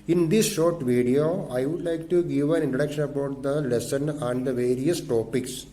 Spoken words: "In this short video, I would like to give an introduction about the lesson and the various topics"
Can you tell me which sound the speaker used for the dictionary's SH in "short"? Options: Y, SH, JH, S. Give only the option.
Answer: SH